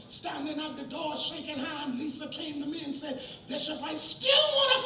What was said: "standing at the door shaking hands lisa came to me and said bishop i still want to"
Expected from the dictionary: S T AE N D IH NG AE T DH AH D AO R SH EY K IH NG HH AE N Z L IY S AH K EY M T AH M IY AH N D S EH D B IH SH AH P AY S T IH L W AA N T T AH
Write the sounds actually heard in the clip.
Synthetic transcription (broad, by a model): S T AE N D IH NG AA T DH AH D AO R SH EY K IH NG HH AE N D L IY S AH K EY M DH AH M IY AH N S EH D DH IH S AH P AY S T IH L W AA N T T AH